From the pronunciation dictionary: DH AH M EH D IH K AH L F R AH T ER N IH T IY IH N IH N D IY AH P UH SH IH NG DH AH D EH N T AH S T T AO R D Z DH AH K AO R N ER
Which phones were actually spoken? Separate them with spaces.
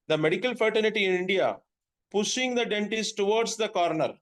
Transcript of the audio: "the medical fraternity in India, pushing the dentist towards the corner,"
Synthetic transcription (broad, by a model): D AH M EH D IH K AH L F R T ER L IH T IY IH N IH N D IY AH P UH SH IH NG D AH D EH N T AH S T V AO R D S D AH K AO R N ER